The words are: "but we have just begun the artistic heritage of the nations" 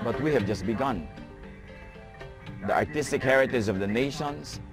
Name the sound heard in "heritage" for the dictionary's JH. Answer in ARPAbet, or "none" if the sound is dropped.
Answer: Z